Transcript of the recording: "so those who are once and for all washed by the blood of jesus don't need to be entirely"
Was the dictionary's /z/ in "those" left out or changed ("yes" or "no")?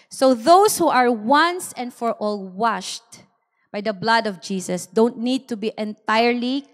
yes